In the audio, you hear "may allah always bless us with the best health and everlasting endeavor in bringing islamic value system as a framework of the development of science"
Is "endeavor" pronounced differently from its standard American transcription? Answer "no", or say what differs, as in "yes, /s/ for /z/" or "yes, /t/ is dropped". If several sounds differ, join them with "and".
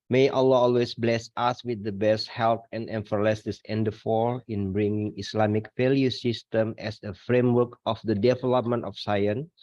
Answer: yes, /f/ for /v/